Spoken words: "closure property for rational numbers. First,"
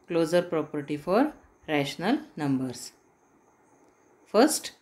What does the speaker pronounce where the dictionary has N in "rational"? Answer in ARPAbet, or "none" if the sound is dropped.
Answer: N